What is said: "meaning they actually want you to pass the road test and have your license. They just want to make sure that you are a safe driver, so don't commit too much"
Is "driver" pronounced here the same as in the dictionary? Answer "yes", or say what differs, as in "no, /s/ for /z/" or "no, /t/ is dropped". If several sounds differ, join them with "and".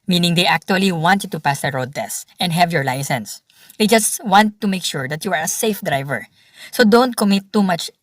yes